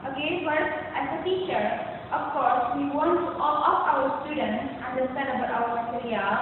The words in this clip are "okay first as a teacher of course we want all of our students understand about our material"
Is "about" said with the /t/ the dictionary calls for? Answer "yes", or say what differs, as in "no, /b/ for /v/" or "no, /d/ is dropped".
no, /t/ is dropped